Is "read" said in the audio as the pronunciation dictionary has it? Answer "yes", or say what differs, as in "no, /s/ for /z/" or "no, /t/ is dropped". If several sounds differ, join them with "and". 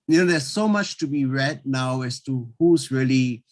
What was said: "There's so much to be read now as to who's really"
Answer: yes